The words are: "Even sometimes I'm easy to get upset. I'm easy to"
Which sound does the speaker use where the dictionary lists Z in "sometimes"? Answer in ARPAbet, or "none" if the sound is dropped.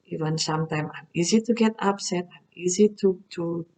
none